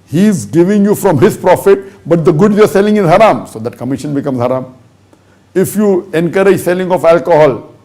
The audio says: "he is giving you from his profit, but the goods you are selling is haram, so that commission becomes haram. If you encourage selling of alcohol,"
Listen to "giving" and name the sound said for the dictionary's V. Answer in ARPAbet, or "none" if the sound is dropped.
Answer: V